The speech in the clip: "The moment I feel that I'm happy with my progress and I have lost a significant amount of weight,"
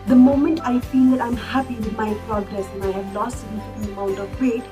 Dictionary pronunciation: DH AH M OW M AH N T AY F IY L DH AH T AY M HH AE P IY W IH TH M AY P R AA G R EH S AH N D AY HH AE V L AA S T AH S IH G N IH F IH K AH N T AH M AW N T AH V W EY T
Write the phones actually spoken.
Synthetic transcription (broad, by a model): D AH M OW M AH N T AY F IY L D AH T AY M HH AE P IY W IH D M AY P R AA G R EH S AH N AY HH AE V L AA S T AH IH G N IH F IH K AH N AH M AW N T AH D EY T